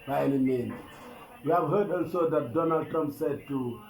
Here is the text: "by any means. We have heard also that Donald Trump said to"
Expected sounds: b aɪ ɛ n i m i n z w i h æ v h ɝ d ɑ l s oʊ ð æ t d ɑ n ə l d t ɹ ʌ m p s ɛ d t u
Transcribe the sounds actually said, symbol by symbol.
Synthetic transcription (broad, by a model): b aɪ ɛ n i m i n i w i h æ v h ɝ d ɑ l s oʊ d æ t d ɑ n ə l d t ɹ ʌ m p s ɛ d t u